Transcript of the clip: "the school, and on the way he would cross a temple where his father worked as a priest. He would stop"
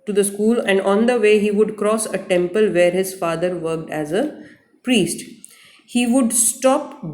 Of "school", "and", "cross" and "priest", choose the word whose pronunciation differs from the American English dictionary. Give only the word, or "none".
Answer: none